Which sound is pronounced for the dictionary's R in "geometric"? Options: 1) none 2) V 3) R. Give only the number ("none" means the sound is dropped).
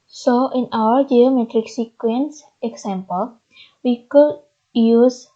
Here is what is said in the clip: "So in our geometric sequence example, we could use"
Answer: 3